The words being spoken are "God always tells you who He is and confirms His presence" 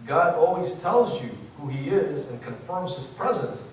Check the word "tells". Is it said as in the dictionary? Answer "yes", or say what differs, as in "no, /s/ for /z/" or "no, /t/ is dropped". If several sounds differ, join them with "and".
yes